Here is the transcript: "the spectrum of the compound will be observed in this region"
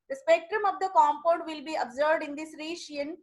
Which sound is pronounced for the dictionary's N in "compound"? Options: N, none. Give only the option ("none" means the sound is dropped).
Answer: none